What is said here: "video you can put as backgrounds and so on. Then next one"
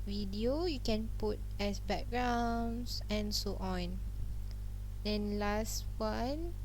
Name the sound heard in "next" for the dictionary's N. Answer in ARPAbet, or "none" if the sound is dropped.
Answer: L